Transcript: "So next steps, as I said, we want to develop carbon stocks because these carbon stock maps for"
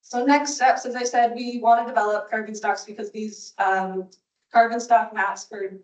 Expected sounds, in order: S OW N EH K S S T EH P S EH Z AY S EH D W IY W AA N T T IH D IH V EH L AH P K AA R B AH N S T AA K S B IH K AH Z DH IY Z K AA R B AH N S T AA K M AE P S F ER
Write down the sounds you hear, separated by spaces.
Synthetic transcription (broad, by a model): S OW N EH K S S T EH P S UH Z AY S EH D W IY W AA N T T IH D IH V EH L AH P K AA R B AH N S T AA K S B IH K AH Z DH IY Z K AA R B AH N S T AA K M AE S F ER